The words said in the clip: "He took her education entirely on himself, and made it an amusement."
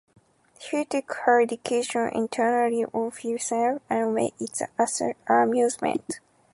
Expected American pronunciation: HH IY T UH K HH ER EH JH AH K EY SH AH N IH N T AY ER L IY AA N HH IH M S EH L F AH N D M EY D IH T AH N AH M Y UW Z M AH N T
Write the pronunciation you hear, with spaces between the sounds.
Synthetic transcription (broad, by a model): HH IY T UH K HH ER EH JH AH K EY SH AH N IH N T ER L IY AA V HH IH S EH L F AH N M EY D IH T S AH M Y UW Z M AH N T